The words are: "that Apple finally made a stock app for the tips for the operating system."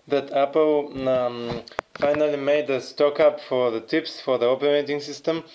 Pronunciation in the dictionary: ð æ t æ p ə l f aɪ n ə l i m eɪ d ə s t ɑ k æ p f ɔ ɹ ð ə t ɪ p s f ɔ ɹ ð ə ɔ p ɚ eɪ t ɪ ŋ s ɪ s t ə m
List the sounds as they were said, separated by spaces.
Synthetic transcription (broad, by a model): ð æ t æ p ə l f aɪ n ə l i m eɪ d ə s t ɑ k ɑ p f ɔ ɹ ð ə t ɪ p s f ɔ ɹ ð ə ɔ p ɚ eɪ t ɪ ŋ s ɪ s t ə m